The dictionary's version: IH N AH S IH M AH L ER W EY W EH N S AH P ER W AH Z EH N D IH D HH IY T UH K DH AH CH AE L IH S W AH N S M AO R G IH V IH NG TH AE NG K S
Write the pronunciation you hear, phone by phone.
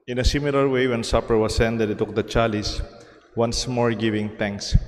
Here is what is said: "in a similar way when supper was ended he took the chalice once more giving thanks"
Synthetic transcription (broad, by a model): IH N AH S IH M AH L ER W EY W EH N S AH P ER W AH S EH N D IH D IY T UH K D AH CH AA L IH S W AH N S M AO R G IH V IH NG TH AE NG K S